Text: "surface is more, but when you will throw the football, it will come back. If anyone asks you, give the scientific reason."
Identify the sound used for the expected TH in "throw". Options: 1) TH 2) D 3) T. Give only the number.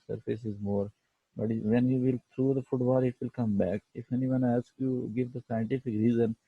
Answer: 3